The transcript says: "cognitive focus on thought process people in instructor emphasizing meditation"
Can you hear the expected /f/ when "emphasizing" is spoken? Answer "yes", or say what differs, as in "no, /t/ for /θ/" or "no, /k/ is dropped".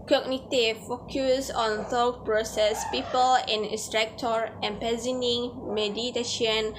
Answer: no, /p/ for /f/